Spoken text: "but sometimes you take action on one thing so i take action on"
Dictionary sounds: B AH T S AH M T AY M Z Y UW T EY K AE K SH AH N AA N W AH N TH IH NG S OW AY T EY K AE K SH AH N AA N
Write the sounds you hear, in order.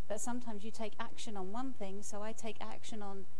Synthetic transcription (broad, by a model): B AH T S AH M T AY M Z Y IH T EY K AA K SH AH N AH N W AH N TH IH NG S OW AY T EY K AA K SH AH N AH N